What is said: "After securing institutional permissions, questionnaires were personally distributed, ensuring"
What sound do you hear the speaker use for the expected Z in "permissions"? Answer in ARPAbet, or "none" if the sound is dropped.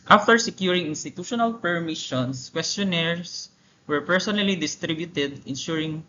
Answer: S